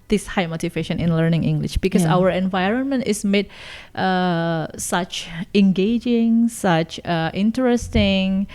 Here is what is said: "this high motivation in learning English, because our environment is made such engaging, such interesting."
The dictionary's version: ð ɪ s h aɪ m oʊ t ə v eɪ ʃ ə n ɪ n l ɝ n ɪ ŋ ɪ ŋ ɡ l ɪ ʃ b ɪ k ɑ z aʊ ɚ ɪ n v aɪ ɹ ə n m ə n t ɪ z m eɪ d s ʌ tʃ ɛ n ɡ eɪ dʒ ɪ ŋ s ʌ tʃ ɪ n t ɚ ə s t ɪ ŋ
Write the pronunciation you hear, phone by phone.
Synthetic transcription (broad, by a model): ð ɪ s h aɪ m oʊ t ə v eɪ ʃ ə n ɪ n l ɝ n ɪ ŋ ɪ ŋ ɡ l ɪ ʃ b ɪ k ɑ s aʊ ɚ ɪ n v aɪ ɹ ə n m ə n t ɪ s m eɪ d s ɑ tʃ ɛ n ɡ eɪ dʒ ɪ ŋ s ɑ tʃ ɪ n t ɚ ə s t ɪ ŋ